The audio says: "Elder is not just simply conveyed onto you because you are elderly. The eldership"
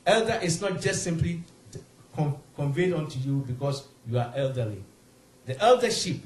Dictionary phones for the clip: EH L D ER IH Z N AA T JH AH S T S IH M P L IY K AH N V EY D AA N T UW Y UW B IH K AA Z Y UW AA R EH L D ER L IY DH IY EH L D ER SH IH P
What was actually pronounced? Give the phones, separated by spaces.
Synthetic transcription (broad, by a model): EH L D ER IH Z N AA T JH AH S T S IH M P L IY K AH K V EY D AA N T UW Y UW B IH K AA S Y UW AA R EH L D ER L IY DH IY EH L D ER SH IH P